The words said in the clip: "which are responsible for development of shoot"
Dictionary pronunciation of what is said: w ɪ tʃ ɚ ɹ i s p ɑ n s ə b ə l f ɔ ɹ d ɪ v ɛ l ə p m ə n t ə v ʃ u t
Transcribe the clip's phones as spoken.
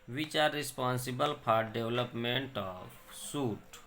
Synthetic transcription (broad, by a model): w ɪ tʃ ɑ ɹ i s p ɑ n s ə b ə l p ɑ ɹ d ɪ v l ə p m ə n t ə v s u t